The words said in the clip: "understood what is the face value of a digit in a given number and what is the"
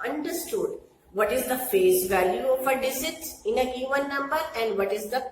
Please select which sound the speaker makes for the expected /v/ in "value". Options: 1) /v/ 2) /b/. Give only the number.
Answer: 1